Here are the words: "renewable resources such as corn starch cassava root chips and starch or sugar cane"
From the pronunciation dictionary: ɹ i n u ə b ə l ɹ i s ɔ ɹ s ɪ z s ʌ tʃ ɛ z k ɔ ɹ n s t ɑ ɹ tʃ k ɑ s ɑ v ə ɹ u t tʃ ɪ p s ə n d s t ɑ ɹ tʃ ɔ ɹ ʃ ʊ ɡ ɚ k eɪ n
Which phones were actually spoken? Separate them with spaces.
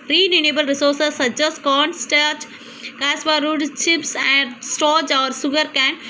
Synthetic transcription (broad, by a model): ɹ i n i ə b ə l ɹ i s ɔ ɹ s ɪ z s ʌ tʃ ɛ s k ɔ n s t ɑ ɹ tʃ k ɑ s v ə ɹ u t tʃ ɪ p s ə n d s t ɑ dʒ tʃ ɔ ɹ s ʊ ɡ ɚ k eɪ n